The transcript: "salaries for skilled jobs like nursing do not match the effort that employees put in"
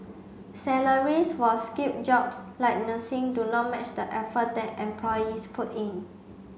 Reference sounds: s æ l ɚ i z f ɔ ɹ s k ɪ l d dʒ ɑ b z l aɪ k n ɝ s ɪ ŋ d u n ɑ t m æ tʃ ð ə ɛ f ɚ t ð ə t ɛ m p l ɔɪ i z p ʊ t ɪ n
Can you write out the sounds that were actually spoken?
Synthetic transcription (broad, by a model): s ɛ l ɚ i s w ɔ l s k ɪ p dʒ ɑ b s l aɪ k n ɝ s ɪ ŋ d u n ɑ t m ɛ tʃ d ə ɛ f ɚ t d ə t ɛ m p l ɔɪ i s p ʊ t ɪ n